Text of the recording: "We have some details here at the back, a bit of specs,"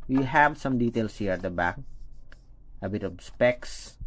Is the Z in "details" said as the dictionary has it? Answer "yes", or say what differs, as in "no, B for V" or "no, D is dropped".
no, S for Z